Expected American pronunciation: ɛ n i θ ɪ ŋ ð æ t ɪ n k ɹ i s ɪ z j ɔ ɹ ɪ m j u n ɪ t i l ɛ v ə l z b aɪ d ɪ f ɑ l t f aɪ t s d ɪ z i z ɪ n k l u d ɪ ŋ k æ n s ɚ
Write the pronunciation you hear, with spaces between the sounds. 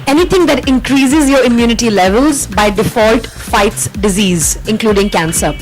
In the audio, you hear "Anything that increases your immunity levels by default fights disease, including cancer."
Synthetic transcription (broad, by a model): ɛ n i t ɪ ŋ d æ t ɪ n k ɹ i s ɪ z j ɔ ɹ ɪ m j u n ɪ t i l ɛ v ə l z b aɪ d ɪ f ɑ l t f aɪ t s d ɪ z i z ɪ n k l u d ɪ ŋ k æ n s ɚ